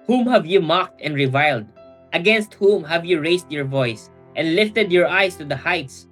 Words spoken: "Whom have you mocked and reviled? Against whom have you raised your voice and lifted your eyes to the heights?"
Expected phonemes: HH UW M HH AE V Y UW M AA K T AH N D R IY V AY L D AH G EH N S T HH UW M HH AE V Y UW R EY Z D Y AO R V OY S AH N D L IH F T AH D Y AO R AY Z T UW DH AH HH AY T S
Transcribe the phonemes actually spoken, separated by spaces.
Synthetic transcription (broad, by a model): HH UW M HH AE V Y UW M AA K T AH N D R IY V AY L D AH G EH N S T HH UW M HH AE V Y UW R EY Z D Y AO R V OY S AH N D L IH F T AH D Y AO R AY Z T UW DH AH HH AY T S